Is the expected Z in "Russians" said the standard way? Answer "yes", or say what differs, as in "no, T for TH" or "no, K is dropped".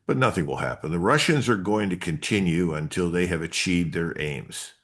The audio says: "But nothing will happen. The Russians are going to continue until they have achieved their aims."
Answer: yes